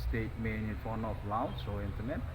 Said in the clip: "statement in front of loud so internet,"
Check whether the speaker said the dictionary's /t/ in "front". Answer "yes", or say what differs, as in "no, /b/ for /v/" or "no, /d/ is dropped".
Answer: no, /t/ is dropped